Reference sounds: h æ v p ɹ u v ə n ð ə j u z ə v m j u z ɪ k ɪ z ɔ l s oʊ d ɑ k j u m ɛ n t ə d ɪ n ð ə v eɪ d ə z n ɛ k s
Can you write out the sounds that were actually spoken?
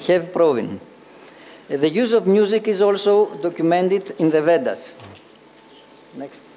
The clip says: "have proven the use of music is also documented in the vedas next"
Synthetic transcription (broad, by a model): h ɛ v p ɹ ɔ v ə n ð ə j u z ə v m j u z ɪ k ɪ z ɔ l s oʊ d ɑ k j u m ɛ n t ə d ɪ n ð ə v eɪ d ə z n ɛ k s